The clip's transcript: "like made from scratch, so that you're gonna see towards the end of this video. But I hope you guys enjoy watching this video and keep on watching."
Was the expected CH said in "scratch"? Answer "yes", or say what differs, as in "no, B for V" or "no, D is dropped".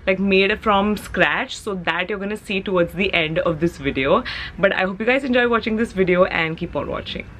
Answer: yes